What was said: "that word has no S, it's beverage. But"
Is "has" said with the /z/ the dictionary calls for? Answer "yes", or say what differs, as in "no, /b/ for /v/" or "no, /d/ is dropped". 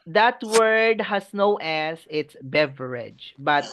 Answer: no, /s/ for /z/